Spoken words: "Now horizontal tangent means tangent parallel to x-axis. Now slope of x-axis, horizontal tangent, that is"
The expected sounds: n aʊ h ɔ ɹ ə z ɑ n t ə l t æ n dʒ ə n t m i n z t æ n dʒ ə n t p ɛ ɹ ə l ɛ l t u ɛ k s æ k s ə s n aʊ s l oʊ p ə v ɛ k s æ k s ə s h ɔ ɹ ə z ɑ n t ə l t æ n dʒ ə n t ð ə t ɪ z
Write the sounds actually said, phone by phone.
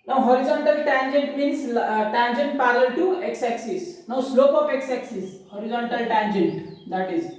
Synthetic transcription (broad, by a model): n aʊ h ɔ ɹ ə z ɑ n t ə l t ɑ n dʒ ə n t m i n s t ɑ n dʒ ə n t p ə l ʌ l t u ɛ k s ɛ k s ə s n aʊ s l oʊ p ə p ɛ k s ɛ k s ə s h ɔ ɹ ə z ɑ n t ə l t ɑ n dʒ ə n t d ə t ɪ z